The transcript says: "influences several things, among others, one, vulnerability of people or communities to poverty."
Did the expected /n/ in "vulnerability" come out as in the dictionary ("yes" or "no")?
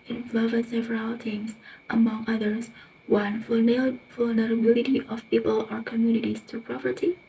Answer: yes